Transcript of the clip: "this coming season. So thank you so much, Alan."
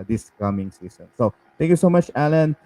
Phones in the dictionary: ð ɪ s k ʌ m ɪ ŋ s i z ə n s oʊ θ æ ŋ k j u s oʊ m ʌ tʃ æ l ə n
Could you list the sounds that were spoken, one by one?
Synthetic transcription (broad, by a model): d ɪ s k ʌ m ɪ ŋ s i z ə n s oʊ t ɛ ŋ k j u s oʊ m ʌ tʃ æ l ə n